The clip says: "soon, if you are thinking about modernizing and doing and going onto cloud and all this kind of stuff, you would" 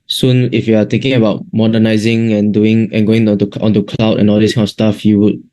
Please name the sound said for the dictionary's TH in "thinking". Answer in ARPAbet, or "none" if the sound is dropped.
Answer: T